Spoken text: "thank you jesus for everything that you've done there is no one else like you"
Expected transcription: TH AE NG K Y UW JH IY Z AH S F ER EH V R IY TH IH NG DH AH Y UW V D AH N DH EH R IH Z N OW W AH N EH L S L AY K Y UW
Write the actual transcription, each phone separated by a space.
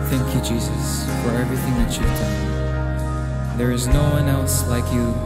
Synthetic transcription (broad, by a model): TH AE NG K Y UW JH IY Z AH S F ER EH V R IY TH IH NG DH AH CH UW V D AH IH DH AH R IH Z N OW W AH N EH L S L AY K Y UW